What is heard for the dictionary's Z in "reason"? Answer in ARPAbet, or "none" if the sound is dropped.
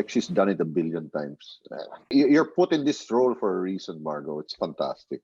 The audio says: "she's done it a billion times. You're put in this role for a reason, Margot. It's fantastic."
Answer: S